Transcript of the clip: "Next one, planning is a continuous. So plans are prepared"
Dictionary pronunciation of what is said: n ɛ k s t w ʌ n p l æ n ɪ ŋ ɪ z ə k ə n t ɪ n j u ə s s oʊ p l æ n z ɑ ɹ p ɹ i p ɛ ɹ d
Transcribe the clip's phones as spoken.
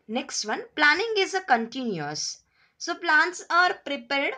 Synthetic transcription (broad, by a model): n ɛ k s t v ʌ n p l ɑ n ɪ ŋ ɪ z ə k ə n t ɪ n j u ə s s oʊ p l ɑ n s ɑ ɹ p ɹ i p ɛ ɹ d